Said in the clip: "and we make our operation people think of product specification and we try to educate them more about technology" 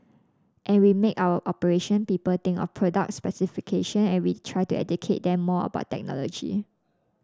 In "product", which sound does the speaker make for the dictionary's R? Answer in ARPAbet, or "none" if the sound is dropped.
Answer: R